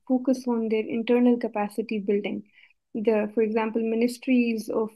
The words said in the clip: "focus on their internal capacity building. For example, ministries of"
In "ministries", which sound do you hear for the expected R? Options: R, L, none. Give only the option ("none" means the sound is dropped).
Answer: R